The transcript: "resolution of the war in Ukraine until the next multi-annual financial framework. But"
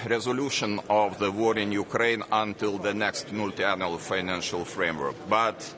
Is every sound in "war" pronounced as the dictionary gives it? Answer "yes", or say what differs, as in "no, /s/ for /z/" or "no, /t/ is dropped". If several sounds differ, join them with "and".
yes